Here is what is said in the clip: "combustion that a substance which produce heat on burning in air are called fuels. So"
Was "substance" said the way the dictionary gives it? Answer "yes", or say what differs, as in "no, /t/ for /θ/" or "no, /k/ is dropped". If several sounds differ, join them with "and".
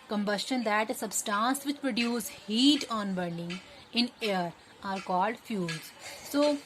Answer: yes